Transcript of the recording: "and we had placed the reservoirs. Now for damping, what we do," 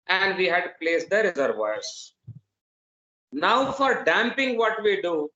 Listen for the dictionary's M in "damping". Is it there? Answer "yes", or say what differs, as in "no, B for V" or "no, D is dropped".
yes